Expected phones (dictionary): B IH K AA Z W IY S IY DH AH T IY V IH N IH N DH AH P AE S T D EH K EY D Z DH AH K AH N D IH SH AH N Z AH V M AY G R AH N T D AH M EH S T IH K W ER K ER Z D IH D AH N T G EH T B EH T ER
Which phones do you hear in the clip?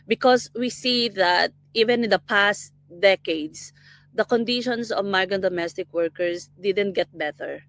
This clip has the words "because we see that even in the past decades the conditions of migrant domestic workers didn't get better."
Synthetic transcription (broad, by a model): B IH K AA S W IY S IY DH AH T IY V IH N IH N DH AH P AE S T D EH K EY D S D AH K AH N D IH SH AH N S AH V M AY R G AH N D AH M EH S T IH K W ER K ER S D IH D AH N T G EH T B EH T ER